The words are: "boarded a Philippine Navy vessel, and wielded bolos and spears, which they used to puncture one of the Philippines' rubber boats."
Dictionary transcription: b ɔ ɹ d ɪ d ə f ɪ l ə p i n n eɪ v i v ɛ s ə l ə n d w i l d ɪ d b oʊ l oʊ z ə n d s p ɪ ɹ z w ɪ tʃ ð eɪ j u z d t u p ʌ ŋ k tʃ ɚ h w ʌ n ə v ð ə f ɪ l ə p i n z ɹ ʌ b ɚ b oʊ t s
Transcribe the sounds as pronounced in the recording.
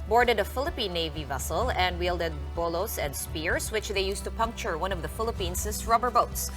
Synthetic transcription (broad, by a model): b ɔ ɹ d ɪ d ə f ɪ l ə p i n n eɪ v i v ɛ s ə l ə n d w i l d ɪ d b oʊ l oʊ s ə n d s p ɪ ɹ s w ɪ tʃ ð eɪ j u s t u p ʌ ŋ k tʃ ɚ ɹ w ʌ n ə v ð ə f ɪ l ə p i n s ɹ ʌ b ɚ b oʊ t s